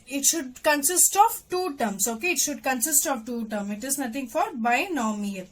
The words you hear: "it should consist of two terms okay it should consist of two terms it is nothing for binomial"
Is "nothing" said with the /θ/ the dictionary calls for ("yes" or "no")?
no